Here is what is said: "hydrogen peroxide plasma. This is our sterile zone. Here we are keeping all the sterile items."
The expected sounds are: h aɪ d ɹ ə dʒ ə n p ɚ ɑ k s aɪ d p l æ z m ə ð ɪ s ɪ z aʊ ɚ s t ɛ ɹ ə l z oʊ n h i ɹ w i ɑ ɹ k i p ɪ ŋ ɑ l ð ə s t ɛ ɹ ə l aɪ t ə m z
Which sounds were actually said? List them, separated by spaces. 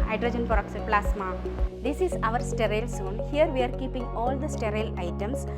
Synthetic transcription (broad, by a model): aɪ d ɹ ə dʒ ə n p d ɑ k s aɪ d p l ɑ s m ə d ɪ s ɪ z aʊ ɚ s t ɛ ɹ ə l s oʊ n h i ɹ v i ɑ ɹ k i p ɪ ŋ ɑ l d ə s t ɛ ɹ ə l aɪ t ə m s